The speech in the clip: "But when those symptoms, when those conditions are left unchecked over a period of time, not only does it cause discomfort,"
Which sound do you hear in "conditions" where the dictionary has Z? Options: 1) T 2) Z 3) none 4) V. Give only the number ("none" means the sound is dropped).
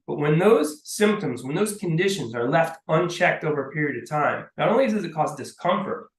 2